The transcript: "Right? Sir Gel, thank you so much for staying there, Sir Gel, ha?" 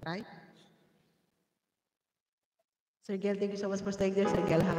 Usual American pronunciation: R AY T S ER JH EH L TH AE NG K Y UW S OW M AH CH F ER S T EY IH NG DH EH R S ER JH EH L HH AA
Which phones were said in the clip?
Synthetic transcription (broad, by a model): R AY S ER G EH L T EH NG K Y UW S OW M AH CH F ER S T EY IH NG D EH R S ER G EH L HH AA